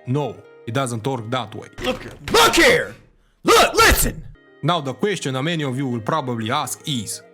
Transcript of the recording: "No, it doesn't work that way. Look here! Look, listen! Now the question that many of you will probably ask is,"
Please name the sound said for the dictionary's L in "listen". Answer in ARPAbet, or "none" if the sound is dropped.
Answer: L